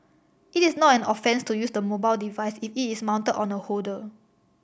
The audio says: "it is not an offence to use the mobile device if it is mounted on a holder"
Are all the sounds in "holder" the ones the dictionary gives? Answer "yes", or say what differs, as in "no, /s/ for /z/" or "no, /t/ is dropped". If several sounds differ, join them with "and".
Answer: no, /l/ is dropped